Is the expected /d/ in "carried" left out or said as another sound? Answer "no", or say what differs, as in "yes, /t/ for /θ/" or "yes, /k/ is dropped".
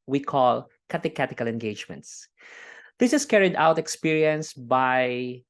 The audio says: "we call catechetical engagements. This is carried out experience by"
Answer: no